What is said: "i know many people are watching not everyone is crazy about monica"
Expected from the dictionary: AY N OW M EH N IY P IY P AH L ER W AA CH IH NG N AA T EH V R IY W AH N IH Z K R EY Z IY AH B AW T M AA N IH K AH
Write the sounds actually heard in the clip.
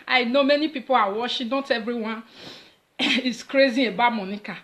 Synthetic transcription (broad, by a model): AY N OW M EH N IY P IY P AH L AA W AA SH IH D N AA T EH V R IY W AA N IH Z K R EY Z IY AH B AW M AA N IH K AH